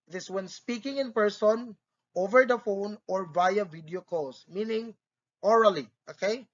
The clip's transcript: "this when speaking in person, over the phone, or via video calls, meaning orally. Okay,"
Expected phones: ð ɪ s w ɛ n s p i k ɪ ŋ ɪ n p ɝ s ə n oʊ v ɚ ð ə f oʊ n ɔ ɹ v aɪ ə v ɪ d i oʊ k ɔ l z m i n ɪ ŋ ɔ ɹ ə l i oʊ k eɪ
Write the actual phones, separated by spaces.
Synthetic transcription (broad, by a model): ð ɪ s w ɛ n s p i k ɪ ŋ ɪ n p ɝ s ə n oʊ v ɚ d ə f oʊ n ɔ ɹ v aɪ ə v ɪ d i oʊ k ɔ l s m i n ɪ ŋ ɔ ɹ ə l i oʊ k eɪ